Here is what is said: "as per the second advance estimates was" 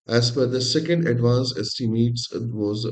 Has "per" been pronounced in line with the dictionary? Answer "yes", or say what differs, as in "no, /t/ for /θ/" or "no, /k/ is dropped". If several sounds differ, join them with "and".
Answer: no, /f/ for /p/